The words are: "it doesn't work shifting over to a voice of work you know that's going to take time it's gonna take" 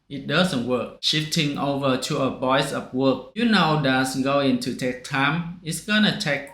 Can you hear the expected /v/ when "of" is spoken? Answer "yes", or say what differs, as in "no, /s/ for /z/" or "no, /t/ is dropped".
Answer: no, /p/ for /v/